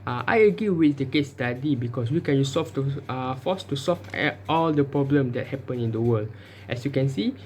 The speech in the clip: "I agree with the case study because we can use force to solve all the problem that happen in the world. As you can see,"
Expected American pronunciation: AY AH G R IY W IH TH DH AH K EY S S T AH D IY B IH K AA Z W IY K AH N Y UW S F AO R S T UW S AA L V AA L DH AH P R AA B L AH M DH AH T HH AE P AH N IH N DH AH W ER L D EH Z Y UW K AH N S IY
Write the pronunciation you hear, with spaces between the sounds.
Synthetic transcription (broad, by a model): AY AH G IY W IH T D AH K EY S S T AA D IY B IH K AA S W IY K AH N Y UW S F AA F S T UW S AA L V AA L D AH P R AA B L AH M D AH T HH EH P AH N IH N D AH W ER L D EH S Y UW K AH N S IY